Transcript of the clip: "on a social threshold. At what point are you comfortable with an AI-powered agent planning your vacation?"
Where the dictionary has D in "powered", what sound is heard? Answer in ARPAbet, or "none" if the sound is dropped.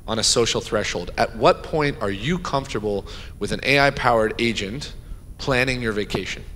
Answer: D